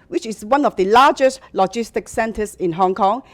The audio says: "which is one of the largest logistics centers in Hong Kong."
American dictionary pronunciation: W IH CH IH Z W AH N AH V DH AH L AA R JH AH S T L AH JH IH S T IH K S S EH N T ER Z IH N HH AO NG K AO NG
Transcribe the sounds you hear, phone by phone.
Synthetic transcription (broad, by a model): W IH CH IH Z W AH N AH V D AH L AA JH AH S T L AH JH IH S T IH K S S EH N T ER S IH N HH AO NG K AO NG